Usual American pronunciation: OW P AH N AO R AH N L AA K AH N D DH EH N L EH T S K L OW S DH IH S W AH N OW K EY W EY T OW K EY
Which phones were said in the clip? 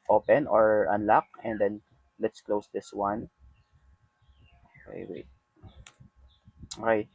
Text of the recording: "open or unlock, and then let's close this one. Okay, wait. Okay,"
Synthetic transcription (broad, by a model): OW P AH N AO R AH N L AA K AH N D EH N L EH T S K L OW S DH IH S W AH N OW K EY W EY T OW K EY